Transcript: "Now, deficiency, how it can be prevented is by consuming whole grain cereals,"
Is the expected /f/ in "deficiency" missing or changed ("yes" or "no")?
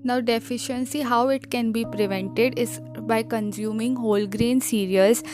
no